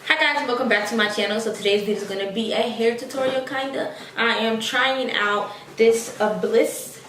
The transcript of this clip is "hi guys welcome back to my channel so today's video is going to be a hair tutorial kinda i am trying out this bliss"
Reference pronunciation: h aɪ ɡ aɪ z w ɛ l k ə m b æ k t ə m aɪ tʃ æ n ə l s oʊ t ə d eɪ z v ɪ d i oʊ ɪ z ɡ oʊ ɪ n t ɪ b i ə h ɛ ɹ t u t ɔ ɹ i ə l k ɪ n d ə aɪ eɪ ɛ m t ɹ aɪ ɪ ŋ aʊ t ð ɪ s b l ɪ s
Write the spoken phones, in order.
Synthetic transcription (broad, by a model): h aɪ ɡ aɪ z w ɛ l k ə m b æ k t ə m aɪ tʃ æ n l s oʊ t ə d eɪ z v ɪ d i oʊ ɪ z ɡ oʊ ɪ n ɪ b i ə h ɛ ɹ t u t ɔ ɹ i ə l k ɪ n d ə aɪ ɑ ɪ m t ɹ aɪ ɪ ŋ aʊ t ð ɪ s b l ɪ s